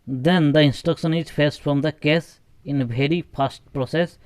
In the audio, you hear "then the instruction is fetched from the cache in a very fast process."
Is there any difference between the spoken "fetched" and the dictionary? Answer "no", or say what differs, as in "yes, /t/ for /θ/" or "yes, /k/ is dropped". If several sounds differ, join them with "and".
yes, /s/ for /tʃ/